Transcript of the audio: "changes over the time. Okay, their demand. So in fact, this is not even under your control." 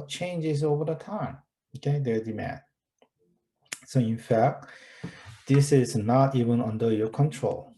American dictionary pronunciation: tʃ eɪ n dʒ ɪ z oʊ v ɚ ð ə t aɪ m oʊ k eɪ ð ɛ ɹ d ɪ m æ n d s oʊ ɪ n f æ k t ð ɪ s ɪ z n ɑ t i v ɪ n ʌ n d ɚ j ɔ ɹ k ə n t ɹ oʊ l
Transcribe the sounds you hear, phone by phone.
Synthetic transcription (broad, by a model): tʃ eɪ n dʒ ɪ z oʊ v ɚ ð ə t aɪ m oʊ k eɪ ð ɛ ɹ d ɪ m æ n d s oʊ ɪ n f æ k t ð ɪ s ɪ z n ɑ t i v ɪ n ʌ n d ɚ j ɔ ɹ k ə n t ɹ oʊ l